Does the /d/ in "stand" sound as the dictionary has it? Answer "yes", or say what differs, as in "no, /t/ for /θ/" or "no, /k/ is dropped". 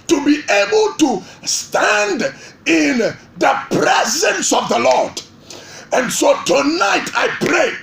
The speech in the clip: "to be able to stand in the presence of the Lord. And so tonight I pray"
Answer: yes